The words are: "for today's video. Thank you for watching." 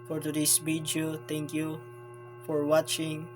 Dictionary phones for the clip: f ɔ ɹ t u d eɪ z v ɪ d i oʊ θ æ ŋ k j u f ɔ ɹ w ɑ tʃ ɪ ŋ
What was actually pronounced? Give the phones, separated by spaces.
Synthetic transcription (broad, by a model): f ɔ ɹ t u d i s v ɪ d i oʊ t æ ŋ k j u f ɔ ɹ w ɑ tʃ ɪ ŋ